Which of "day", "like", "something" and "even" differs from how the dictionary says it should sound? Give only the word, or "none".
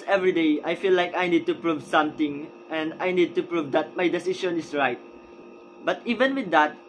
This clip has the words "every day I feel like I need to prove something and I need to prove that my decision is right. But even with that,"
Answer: something